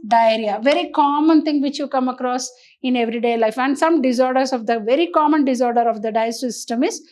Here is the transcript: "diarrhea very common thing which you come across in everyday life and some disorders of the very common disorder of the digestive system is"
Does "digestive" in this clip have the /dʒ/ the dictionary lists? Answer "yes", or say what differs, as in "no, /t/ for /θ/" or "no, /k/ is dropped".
no, /dʒ/ is dropped